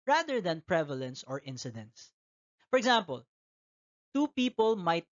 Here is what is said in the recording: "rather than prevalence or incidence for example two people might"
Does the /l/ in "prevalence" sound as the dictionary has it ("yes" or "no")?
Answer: yes